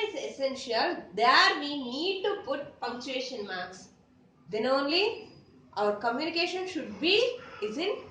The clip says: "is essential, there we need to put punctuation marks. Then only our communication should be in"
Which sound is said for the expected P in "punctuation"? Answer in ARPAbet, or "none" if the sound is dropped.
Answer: F